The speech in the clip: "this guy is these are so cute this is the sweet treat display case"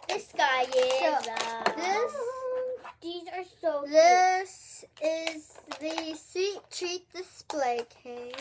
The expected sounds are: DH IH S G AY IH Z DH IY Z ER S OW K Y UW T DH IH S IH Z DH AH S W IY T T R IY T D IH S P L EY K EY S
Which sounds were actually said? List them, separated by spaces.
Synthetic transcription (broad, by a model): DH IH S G AY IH S DH IY Z ER S OW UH DH IH S IH Z DH AH S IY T T R IY T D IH S P L EY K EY